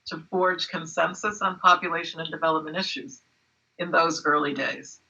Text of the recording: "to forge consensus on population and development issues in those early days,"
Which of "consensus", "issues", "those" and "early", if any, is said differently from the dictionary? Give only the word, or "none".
none